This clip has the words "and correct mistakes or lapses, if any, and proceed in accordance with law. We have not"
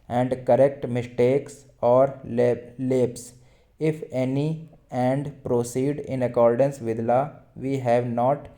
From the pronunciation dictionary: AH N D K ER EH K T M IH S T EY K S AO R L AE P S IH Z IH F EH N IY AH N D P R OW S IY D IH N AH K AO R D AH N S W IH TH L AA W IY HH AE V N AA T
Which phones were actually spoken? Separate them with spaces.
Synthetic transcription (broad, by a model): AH N D K ER EH K T M IH S T EY K S AO R L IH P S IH IH F EH N IY AH N D P R OW S IY D IH N AH K AO R D AH N S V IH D L AA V IY HH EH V N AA T